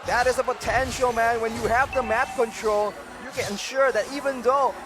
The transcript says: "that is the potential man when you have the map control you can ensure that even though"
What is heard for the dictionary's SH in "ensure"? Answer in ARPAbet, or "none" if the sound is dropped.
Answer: SH